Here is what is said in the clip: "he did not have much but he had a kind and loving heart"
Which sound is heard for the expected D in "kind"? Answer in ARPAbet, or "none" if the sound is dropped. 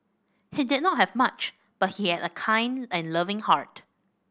D